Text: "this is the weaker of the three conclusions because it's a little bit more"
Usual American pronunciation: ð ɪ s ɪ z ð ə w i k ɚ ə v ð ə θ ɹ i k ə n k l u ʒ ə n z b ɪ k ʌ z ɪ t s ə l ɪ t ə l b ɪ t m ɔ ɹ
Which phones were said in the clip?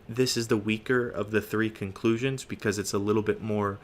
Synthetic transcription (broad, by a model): ð ɪ s ɪ z ð ə w i k ɚ ə v ð ə θ ɹ i k ə n k l u ʒ ə n z b ɪ k ʌ z ɪ t s ə l ɪ t l b ɪ t m ɔ ɹ